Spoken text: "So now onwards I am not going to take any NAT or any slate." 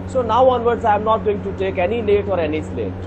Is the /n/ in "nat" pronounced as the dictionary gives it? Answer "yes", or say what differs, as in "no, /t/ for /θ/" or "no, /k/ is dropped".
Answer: no, /l/ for /n/